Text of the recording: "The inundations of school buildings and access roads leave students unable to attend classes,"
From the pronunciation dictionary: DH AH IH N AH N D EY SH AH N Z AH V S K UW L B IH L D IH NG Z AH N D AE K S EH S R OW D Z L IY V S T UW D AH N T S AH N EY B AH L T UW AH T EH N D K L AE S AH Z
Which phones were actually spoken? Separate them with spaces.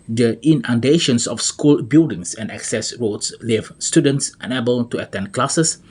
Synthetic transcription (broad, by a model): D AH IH N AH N D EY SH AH N S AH F S K UW L B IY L D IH NG S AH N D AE K S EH S R OW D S L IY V S T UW D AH N T S AH N EY B AH L T UW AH T EH N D K L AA S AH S